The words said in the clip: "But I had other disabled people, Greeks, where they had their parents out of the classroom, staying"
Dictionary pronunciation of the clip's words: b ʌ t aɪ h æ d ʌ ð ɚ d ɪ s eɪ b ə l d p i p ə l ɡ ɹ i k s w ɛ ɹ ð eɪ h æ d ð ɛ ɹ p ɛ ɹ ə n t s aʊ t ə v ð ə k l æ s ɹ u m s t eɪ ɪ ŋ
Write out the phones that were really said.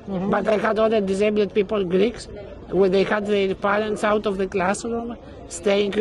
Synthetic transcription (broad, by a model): b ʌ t aɪ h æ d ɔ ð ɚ d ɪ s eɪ b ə d p i p ə l ɡ ɹ i k s w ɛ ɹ ð eɪ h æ d ð ɛ ɹ p ɛ ɹ ə n t s aʊ t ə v ð ə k l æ s ɹ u m s t eɪ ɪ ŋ